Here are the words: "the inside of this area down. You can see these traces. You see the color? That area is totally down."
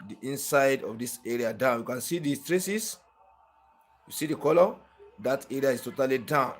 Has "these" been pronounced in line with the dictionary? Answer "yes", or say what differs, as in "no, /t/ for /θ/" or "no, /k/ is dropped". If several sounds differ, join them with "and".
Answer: no, /z/ is dropped